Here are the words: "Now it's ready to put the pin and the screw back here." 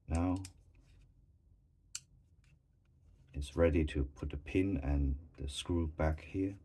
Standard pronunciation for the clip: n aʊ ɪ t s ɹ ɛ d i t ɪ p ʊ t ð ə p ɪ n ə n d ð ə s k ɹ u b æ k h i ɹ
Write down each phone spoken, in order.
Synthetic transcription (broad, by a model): n aʊ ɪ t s ɹ ɛ d i t ɪ p ʊ t ð ə p ɪ n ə n ð ə s k ɹ u b æ k h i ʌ